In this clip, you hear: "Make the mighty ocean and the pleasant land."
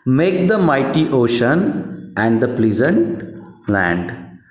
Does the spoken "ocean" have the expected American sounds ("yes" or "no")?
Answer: yes